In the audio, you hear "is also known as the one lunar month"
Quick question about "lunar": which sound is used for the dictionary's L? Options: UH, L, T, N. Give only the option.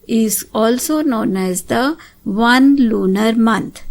L